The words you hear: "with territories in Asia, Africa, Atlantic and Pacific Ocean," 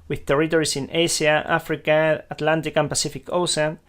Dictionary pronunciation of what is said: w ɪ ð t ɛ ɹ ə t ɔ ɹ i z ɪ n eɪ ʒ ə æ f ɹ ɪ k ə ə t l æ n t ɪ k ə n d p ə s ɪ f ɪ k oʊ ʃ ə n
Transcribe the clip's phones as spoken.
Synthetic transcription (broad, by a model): w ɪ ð t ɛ ɹ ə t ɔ ɹ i s ɪ n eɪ s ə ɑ f ɹ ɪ k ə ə t l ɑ n t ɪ k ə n p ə s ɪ f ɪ k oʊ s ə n